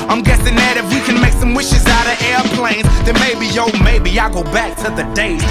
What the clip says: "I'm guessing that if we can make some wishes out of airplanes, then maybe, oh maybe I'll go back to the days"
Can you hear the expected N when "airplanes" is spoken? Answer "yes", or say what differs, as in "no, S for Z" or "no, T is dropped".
yes